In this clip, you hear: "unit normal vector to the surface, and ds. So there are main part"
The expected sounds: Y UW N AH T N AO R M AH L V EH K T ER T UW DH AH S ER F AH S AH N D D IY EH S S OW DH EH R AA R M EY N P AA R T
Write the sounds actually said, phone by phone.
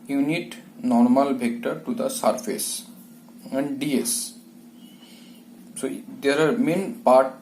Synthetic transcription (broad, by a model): Y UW N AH T N AO R M AH L B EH K T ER T UW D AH S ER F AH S AH N D D IY EH S S OW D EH R AA R M EY N P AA R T